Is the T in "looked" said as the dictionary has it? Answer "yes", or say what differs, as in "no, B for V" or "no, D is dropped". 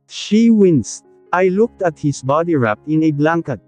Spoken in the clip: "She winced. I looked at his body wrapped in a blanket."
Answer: yes